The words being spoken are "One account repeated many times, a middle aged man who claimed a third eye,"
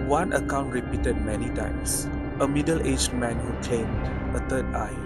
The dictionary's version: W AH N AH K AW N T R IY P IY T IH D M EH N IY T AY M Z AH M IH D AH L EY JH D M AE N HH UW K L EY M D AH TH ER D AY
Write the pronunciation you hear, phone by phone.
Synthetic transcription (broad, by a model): W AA N AH K AW N T R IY P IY T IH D M EH N IY T AY M S AH M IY D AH L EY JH M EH N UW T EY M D AH T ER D AY